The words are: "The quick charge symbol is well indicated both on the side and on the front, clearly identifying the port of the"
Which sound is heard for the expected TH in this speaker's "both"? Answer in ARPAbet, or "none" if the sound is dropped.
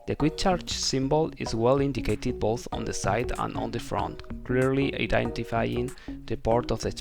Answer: TH